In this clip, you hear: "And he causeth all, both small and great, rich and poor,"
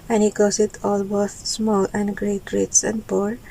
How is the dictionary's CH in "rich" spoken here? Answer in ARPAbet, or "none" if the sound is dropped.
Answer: S